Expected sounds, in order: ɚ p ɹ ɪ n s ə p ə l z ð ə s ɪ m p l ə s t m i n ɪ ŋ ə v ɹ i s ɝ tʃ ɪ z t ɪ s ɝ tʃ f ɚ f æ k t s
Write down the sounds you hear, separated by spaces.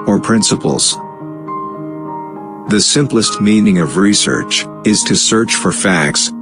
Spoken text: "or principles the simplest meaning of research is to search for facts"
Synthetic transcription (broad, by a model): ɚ p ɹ ɪ n s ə p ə l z ð ə s ɪ m p l ə s t m i n ɪ ŋ ə v ɹ i s ɝ tʃ ɪ z t ɪ s ɝ tʃ f ɚ f æ k t s